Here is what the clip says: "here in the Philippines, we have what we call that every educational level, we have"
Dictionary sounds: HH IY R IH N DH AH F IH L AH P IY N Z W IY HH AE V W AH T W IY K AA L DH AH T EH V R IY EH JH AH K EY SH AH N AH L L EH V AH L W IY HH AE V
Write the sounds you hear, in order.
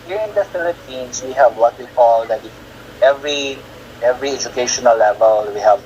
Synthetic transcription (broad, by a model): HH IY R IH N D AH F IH L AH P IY N S W IY HH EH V W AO T W IY K AA L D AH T EH V R IY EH JH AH K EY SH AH N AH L L EH V AH L W IY HH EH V